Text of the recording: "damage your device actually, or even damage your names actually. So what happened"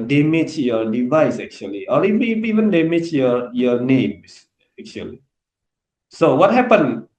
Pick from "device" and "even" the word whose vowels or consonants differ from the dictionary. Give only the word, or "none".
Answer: none